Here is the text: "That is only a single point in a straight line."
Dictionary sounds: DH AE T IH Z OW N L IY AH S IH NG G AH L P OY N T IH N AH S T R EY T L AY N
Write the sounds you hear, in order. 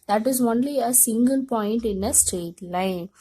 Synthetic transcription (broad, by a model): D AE T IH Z OW N L IY AH S IH NG G AH L P OY N T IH N AH S T R EY T L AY N